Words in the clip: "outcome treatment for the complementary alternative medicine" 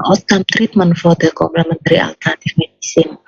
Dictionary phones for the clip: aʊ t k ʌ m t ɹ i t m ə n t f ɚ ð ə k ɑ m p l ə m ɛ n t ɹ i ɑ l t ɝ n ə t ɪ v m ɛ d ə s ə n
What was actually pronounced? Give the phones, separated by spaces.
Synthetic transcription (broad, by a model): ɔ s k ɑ m t ɹ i t m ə n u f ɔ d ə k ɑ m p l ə m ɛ n t ɹ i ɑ l t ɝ n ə t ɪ f m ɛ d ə s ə n